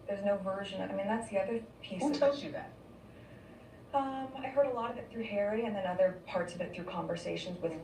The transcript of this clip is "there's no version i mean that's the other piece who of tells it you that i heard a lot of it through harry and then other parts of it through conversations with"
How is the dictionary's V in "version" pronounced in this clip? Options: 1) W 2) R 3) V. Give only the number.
3